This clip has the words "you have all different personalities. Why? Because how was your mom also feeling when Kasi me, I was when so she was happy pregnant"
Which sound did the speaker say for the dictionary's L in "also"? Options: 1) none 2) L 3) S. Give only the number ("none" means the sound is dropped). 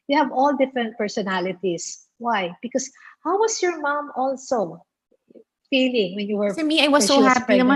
2